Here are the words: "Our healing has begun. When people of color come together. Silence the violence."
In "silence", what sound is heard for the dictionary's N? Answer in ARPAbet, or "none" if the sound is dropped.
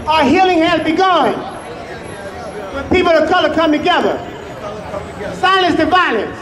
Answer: none